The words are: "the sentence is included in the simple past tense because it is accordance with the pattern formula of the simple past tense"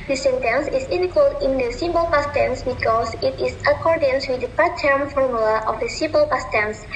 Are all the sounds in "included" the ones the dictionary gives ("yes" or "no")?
no